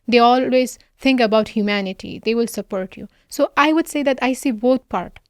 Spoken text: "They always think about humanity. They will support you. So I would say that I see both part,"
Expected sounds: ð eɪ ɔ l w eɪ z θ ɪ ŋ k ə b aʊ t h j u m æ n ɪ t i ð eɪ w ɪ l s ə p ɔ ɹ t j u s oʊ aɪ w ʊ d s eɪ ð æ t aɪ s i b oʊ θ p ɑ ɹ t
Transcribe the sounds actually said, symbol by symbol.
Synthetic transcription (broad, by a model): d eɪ ɔ l w eɪ z t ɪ ŋ k ə b aʊ t h j u m æ n ɪ t i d eɪ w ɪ l s ə p ɔ ɹ t j u s oʊ aɪ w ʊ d s eɪ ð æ t aɪ s i b oʊ t p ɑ ɹ t